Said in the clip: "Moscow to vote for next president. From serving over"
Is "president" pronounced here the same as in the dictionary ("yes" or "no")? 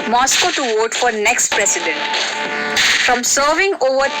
no